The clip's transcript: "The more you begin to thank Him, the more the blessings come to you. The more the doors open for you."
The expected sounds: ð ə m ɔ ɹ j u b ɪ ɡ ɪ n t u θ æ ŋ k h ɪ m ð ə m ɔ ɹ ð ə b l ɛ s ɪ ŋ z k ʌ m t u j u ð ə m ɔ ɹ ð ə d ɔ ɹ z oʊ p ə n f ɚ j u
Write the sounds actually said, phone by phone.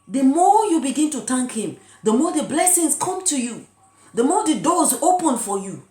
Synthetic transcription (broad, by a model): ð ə m ɔ j u b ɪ ɡ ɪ n t u t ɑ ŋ k h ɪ m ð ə m ɔ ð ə b l ɛ s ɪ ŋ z k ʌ m t u j u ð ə m ɔ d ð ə d ɔ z oʊ p ə n f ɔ j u